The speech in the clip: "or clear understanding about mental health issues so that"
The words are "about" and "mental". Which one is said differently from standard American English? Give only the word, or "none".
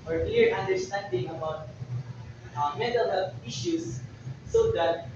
mental